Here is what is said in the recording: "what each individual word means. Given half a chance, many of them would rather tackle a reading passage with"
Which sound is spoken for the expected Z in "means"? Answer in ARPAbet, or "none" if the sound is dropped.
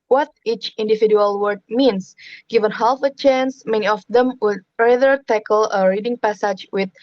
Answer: S